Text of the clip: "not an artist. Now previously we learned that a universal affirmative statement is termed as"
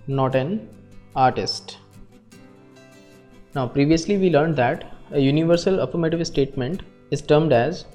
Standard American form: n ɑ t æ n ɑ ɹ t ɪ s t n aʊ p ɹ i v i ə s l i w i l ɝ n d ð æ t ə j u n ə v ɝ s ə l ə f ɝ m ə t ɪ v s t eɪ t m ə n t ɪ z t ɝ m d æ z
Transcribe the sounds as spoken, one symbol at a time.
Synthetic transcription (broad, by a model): n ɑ t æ n ɑ ɹ t ɪ s t n aʊ p ɹ i v i ə s l i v i l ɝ n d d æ t ə j u n ə v ɝ s ə l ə p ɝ m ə t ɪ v s t eɪ t m ə n t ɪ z t ɝ m d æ z